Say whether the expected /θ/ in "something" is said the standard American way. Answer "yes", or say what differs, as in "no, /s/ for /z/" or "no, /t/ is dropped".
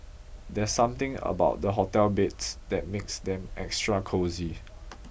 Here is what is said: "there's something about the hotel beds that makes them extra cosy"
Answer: no, /t/ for /θ/